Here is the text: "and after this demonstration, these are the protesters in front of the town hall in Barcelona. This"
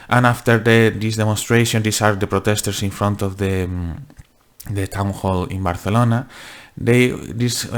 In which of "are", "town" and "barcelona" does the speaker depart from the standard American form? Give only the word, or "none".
barcelona